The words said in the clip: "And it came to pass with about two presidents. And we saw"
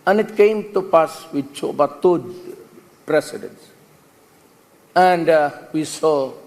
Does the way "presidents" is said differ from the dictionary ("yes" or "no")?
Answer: yes